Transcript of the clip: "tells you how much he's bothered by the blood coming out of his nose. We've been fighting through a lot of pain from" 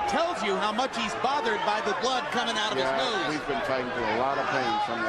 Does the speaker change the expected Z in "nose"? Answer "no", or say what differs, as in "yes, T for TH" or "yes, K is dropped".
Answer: yes, Z is dropped